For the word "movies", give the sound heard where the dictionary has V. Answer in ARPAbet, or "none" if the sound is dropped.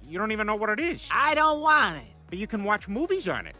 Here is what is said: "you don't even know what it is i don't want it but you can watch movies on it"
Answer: V